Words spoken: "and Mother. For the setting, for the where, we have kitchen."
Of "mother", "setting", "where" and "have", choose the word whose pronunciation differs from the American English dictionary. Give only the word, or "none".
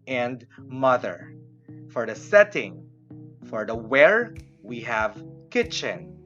none